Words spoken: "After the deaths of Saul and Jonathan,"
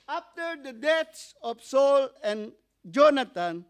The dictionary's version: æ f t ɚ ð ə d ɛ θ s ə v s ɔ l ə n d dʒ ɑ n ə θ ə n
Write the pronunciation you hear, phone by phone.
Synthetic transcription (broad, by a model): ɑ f t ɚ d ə d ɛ t s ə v s ɔ l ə n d dʒ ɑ n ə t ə n